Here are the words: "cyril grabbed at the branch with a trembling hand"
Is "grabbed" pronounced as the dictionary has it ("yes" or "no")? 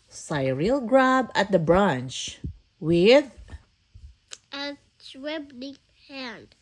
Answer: no